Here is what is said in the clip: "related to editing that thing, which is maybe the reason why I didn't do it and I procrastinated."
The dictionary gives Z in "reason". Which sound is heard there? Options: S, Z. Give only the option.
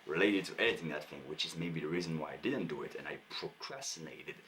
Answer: Z